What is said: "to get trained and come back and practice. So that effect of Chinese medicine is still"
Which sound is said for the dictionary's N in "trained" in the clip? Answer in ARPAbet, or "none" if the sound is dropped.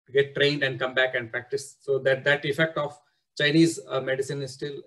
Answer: N